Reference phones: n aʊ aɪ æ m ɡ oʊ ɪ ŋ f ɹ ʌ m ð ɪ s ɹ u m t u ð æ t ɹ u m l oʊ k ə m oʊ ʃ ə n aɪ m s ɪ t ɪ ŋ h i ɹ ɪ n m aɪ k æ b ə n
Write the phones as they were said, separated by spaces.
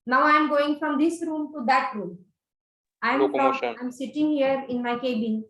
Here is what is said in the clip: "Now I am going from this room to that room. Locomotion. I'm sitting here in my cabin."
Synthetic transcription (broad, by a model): n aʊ aɪ m ɡ oʊ ɪ ŋ f ɹ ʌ m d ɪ s ɹ u m t u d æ t ɹ u m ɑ ə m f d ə aɪ m s ɪ t ɪ ŋ h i ɹ ɪ n m aɪ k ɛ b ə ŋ